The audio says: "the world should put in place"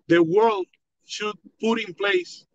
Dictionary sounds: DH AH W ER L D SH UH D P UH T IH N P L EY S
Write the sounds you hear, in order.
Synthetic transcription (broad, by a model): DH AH W ER L D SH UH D P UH T IH N P L EY S